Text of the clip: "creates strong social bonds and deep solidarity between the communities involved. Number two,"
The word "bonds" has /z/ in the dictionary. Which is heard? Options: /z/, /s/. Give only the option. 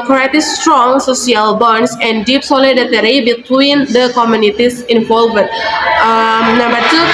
/s/